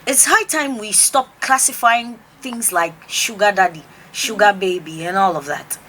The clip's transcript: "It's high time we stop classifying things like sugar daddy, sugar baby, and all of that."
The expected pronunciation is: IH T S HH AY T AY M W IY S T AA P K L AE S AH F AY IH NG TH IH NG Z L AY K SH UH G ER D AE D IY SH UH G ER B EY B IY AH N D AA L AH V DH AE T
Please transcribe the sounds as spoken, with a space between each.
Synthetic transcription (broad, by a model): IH T S HH AY T AY M W IY S T AA P K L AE S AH F AY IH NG TH IH NG Z L AY K SH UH G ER D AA D IY SH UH G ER B EY B IY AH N AA L AH V DH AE T